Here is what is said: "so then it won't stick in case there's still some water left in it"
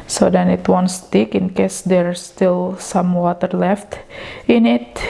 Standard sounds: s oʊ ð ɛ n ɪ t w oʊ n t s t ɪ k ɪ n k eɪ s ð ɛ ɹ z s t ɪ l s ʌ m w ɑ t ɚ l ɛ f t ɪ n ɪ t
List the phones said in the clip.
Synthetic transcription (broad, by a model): s oʊ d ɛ n ɪ t w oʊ n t s t ɪ k ɪ n k eɪ s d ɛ ɹ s t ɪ l s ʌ m w ɑ t ɚ l ɛ f t ɪ n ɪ t